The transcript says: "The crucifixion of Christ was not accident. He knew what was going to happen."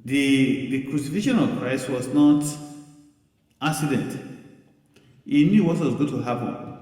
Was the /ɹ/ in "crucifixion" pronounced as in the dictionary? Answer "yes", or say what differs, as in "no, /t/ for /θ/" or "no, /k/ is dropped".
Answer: yes